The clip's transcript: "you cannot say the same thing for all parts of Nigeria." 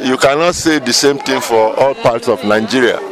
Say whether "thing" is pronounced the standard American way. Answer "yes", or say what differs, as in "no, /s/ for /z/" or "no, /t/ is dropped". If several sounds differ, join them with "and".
no, /t/ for /θ/